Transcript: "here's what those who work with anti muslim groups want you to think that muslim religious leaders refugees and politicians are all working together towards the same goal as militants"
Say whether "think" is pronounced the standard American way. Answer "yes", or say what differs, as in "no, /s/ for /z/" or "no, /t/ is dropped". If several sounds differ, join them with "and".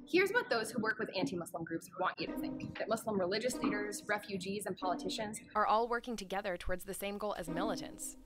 yes